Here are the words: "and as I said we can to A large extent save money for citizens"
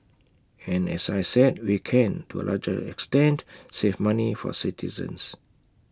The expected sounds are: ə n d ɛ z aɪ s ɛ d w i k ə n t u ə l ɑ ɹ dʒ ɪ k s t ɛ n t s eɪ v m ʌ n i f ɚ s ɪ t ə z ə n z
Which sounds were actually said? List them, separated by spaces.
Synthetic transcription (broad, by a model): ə n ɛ s aɪ s ɛ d w i k ə n t u ə l ɑ dʒ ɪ k s t ɛ n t s eɪ f m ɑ n i f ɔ s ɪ t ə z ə n s